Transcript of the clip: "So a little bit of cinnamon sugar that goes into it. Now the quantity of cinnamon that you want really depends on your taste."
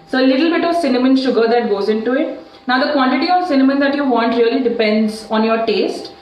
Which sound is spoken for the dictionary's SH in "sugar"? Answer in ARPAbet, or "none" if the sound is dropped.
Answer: SH